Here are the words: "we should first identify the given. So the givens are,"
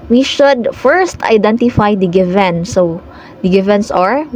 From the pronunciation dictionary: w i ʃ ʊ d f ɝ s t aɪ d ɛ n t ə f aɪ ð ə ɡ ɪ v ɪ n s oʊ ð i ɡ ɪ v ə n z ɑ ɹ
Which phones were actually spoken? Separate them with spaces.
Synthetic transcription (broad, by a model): w i ʃ ʊ d f ɝ s t aɪ d ɛ n t ə f aɪ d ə ɡ ɪ v ɪ n s oʊ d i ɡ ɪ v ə n s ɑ ɹ